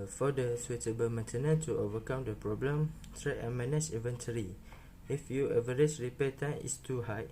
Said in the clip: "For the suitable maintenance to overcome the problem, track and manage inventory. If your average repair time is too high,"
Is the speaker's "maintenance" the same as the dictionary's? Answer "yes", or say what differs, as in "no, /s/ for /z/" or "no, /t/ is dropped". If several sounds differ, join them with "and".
no, /s/ is dropped